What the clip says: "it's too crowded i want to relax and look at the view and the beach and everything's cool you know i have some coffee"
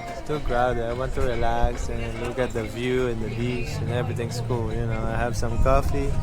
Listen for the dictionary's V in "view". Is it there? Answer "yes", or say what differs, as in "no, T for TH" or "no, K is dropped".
yes